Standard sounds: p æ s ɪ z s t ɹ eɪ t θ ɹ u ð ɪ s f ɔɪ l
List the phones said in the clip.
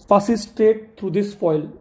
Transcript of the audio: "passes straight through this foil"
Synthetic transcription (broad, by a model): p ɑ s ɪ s t eɪ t t ɹ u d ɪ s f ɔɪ l